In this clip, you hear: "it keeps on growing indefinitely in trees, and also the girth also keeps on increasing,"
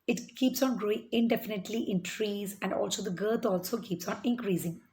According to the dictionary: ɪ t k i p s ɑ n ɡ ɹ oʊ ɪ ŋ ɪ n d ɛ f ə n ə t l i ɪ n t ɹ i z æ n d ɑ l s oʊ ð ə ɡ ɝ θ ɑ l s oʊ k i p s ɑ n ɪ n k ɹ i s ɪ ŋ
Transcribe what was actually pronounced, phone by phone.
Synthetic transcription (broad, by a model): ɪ t k i p s ɑ n ɡ ɹ oʊ ɪ ŋ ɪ n d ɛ f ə n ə t l i ɪ n t ɹ i z æ n d ɑ l s oʊ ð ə ɡ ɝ t ɑ l s oʊ k i p s ɑ n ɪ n k ɹ i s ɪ ŋ